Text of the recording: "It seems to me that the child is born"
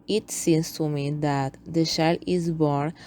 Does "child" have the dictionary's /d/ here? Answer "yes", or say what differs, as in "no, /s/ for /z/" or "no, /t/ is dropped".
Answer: no, /d/ is dropped